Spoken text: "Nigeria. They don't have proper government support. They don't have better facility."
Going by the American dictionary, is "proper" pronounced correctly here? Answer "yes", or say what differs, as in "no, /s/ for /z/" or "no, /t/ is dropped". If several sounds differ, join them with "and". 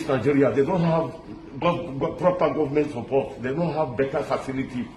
yes